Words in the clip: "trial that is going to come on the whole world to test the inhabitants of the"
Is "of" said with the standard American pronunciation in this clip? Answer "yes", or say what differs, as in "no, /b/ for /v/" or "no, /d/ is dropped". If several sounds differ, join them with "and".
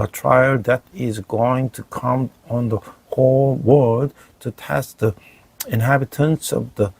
yes